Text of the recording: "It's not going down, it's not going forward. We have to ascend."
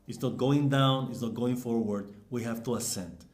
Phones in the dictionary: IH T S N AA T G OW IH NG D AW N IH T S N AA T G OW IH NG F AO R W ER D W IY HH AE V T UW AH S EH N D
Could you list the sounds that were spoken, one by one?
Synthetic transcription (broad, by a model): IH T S N AA T G OW IH NG D AW N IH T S N AA T G OW IH NG F AO R W ER D W IY HH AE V T UW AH S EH N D